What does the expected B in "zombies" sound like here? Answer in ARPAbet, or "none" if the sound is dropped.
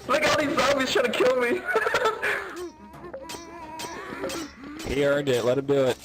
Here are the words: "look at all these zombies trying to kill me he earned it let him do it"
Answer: none